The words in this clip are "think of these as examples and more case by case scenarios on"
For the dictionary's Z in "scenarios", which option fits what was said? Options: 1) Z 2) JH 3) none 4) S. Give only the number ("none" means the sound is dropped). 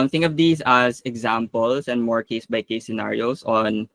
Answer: 4